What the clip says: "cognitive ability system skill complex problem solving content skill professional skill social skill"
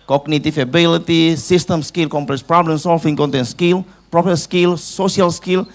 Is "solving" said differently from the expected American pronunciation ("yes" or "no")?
yes